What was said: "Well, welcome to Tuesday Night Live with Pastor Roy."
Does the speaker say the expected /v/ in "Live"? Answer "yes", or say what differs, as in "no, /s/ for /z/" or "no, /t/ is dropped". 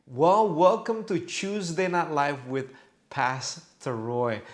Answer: no, /f/ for /v/